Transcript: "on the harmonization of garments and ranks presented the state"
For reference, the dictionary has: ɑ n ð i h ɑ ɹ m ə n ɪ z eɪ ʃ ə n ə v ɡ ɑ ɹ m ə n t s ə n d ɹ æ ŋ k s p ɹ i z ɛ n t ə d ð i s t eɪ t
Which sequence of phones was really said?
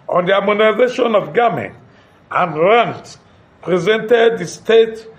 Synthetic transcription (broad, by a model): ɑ n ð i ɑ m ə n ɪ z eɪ ʃ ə n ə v ɡ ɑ m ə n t ə n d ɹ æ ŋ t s p ɹ i z ɛ n t ə d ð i s t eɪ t